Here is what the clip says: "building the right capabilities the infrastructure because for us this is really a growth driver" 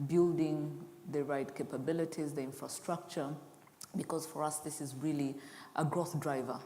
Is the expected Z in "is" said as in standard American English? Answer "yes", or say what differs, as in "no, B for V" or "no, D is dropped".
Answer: yes